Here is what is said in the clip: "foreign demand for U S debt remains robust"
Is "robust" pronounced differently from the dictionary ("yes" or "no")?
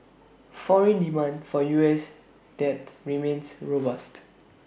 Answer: no